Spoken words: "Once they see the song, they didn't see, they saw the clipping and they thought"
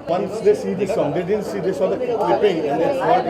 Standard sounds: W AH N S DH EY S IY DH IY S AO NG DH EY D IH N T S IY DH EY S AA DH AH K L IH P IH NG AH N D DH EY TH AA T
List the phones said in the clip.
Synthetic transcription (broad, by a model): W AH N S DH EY S IY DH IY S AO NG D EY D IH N S IY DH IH S AA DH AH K IH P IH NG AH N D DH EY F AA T